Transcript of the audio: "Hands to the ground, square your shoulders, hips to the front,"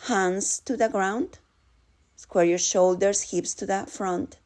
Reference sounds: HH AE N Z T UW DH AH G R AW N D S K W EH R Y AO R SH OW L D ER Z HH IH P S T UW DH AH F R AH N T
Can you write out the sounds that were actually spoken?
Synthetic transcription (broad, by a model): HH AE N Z T UW DH AH G R AW N D S K W EH R Y AO R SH OW L D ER S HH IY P S T UW DH AH F R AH N T